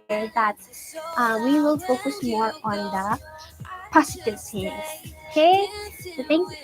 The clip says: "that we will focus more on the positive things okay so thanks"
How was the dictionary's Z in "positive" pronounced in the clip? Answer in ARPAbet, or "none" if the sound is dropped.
S